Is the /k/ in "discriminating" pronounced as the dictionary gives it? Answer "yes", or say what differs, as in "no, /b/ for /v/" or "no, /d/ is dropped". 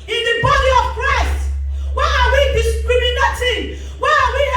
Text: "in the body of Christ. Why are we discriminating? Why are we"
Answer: no, /k/ is dropped